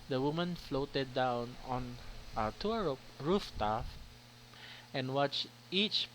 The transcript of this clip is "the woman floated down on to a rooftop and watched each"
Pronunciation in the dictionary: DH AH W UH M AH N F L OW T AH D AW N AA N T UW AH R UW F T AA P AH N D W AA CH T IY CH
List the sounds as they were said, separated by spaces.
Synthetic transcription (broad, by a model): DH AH W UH M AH N F L OW T AH D AW N AA N T UW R R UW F T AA F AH N W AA CH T IY CH